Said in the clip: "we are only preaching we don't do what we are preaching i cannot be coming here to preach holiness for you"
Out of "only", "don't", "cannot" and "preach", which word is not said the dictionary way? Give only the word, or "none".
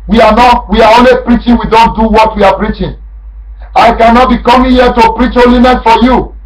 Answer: none